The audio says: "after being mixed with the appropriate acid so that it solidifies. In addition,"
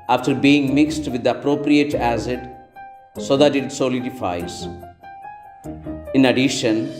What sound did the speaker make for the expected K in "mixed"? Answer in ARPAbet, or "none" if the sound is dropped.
K